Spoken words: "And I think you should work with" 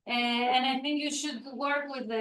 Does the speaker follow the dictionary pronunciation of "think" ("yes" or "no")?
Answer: yes